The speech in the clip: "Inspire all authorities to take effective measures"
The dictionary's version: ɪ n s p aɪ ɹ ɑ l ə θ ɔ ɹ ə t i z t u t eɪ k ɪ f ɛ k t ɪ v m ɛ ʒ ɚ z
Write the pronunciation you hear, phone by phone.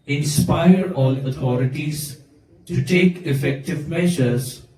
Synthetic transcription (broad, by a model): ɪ n s p aɪ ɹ ɑ l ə t ɔ ɹ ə t i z t u t eɪ k ɪ f ɛ k t ɪ v m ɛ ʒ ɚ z